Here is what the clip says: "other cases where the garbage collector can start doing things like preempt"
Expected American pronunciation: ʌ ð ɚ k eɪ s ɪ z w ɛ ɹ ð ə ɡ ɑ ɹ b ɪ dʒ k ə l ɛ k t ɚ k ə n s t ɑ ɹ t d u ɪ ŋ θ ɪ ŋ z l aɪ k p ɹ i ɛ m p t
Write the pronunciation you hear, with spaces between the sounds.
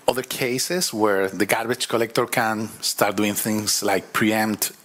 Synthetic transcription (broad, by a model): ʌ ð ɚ k eɪ s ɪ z w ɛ ɹ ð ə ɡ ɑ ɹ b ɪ tʃ k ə l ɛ k t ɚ k ə n s t ɑ ɹ t d u ɪ ŋ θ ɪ ŋ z l aɪ k p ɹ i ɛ m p t